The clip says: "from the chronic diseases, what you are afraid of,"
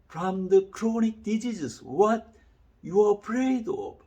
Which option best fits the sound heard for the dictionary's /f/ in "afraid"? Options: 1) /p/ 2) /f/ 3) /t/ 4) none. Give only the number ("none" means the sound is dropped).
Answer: 1